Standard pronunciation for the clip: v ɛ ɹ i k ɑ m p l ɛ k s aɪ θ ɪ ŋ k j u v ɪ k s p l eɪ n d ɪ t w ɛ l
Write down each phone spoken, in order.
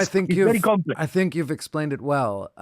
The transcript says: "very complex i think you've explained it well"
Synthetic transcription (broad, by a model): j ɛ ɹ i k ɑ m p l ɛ aɪ θ ɪ ŋ k j u v ɪ k s p l eɪ n d ɪ t w ɛ l